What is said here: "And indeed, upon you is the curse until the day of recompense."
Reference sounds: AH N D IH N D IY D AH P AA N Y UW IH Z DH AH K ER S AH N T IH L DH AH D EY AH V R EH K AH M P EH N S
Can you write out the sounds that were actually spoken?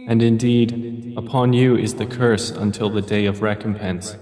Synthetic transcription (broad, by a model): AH N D IH N D IY D AH P AA N Y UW IH Z DH AH K ER S AH N T IH L DH AH D EY AH V R EH K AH M P EH N S